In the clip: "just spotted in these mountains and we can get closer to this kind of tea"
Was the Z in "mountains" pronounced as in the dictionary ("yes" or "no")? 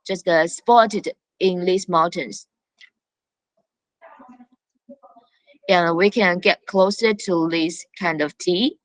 no